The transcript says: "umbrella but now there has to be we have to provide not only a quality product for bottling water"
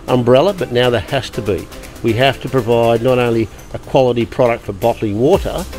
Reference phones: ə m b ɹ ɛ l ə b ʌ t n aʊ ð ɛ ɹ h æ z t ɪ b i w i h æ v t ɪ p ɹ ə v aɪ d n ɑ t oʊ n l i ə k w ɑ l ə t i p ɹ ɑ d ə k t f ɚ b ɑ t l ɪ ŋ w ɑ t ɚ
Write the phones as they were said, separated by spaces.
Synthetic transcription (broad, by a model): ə m b ɹ ɛ l ə b ʌ t n aʊ ð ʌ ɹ h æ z t ɪ b i w i h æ f t ɪ p ɹ ə v aɪ d n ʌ t oʊ n l i ə k w ɑ l ə t i p ɹ ɑ d ə k t f ɚ b ɑ t l ɪ ŋ w ɑ t ɚ